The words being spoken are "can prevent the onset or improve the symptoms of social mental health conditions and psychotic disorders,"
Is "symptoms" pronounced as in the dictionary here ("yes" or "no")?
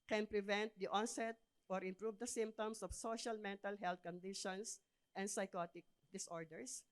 no